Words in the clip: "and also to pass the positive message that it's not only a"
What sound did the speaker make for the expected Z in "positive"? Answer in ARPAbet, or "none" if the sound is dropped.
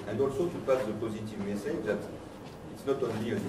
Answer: Z